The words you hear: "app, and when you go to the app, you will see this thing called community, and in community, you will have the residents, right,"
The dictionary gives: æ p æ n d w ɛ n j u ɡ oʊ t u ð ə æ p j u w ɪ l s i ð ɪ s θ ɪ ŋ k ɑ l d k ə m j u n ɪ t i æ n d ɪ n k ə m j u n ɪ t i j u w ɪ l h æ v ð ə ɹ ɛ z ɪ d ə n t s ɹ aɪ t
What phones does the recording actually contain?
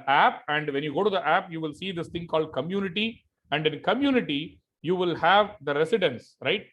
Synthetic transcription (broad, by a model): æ p æ n d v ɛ n j u ɡ oʊ t u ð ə æ p j u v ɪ l s i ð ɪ s t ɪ ŋ k ɑ l d k ə m j u n ɪ t i æ n d ɪ n k ə m j u n ɪ t i j u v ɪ l h æ v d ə ɹ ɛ s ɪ d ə n s ɹ aɪ t